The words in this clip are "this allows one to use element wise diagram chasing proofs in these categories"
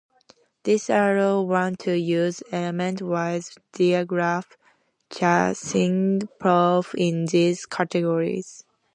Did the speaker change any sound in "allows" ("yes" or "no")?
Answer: yes